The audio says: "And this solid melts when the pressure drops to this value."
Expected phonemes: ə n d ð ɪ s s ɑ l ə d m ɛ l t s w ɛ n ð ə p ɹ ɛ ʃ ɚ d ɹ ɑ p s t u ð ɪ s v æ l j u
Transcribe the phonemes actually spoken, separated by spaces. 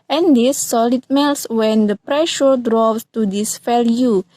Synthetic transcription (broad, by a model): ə n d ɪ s s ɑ l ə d m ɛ l s w ɛ n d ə p ɹ ɛ ʃ ɚ d ɹ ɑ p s t u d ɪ s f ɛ l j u